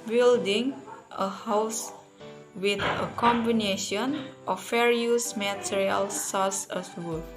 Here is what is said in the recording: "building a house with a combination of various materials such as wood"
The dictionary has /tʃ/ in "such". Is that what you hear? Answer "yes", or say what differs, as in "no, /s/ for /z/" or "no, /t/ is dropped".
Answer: no, /s/ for /tʃ/